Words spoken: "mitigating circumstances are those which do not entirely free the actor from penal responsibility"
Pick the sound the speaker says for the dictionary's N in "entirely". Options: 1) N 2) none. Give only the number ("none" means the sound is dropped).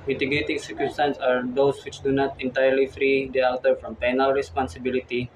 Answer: 1